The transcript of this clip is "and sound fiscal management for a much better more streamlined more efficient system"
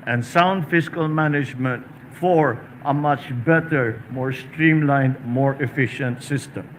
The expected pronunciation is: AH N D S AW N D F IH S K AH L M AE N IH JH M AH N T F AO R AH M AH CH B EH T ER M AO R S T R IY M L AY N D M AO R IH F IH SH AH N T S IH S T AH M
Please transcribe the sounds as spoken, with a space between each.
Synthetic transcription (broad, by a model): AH N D S AW N D F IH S K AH L M AE N IH JH M AH N T F AO R AH M AH CH B EH T ER M AO R S T R IY M L AY N D M AO R IH F IH SH AH N T S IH S T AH M